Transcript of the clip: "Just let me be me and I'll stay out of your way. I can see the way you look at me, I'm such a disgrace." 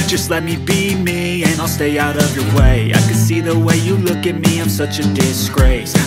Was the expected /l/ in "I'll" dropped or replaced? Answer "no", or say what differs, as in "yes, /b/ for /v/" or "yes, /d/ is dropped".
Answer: no